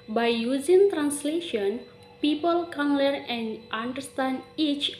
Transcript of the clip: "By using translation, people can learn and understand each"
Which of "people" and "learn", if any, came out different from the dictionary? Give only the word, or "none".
learn